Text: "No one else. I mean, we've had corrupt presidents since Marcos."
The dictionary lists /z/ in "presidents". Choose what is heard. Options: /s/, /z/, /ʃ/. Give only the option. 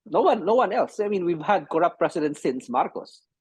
/s/